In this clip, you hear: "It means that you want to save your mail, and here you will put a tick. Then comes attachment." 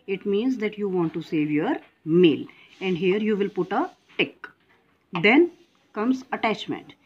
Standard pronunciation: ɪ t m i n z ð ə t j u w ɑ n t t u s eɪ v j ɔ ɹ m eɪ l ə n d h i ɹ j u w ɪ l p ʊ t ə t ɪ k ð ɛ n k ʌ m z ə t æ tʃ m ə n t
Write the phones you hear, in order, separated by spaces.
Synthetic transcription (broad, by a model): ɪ t m i n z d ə t j u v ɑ n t t u s eɪ v j ɔ ɹ m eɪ l ə n d h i ɹ j u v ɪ l p ʊ t ə t ɪ k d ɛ n k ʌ m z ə t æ tʃ m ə n t